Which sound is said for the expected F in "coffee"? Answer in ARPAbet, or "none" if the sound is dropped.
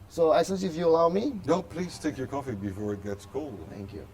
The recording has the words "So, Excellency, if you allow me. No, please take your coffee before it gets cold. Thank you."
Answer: F